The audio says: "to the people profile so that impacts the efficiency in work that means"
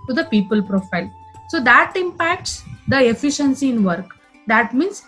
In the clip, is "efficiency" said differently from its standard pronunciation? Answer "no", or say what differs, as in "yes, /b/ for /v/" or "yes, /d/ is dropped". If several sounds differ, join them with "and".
no